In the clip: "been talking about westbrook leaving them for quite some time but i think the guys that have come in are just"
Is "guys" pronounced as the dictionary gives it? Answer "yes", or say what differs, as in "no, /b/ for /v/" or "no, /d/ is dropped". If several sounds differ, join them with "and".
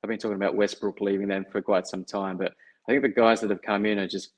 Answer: yes